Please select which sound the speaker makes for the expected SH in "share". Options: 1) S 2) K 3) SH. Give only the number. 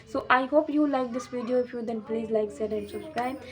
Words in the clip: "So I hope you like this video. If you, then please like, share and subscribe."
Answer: 1